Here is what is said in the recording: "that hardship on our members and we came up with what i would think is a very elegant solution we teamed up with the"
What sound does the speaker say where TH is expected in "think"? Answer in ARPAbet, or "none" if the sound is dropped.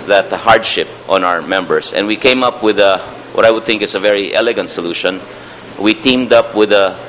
TH